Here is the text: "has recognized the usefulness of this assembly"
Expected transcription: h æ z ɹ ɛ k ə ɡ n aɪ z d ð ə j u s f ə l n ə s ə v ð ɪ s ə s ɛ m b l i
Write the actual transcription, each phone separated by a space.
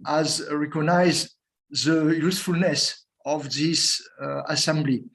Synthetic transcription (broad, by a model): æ z ɹ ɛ k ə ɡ n aɪ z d ð ə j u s f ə l n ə s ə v ð ɪ s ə s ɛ m b l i